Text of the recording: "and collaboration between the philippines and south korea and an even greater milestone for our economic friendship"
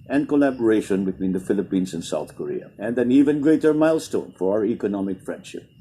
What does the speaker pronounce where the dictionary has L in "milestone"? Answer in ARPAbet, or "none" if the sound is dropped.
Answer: L